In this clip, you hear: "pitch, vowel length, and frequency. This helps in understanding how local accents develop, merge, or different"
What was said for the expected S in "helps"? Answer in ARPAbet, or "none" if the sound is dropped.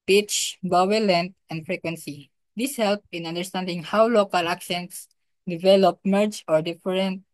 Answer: none